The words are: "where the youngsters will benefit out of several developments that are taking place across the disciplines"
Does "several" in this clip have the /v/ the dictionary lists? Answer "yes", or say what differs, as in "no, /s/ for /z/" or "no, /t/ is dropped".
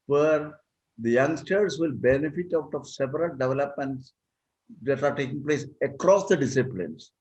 no, /p/ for /v/